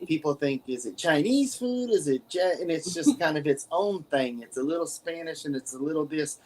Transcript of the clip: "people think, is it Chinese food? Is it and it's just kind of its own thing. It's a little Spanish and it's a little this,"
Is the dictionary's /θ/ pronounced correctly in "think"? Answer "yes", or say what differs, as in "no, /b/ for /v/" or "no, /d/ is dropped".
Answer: yes